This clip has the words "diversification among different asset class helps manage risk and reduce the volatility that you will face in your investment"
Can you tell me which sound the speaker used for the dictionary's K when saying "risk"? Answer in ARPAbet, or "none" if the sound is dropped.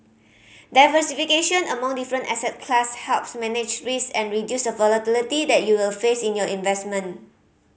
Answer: none